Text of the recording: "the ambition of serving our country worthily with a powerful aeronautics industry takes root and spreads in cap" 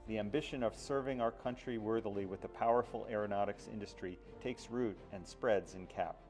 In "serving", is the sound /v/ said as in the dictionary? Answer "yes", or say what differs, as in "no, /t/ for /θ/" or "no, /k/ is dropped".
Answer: yes